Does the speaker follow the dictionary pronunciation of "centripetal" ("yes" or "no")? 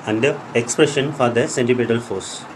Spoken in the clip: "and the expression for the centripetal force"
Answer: no